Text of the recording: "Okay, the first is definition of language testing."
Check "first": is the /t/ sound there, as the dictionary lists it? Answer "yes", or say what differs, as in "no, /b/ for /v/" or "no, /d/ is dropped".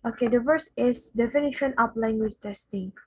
no, /t/ is dropped